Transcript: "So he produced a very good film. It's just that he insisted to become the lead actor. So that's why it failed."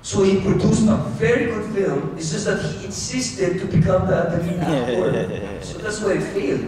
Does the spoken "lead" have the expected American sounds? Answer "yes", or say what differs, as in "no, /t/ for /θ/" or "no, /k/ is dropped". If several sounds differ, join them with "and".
no, /n/ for /l/